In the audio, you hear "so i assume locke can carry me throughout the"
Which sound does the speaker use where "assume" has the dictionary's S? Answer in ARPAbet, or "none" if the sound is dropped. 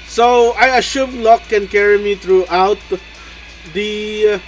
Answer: SH